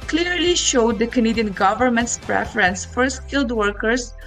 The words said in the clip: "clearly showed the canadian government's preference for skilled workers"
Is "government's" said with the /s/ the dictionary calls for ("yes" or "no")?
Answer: yes